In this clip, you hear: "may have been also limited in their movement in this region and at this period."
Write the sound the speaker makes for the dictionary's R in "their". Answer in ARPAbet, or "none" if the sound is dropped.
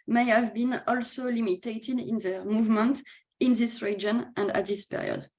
R